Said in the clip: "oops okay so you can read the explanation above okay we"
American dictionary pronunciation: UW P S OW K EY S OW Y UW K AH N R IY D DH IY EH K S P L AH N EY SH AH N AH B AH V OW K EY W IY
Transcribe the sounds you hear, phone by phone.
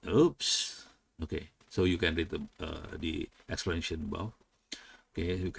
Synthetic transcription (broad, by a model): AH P S OW K EY S OW Y UW K AH N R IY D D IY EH K S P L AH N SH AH N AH B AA F OW K EY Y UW